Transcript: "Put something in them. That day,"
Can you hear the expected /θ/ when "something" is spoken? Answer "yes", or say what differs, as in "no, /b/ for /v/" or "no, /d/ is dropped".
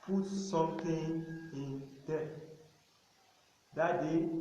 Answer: no, /t/ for /θ/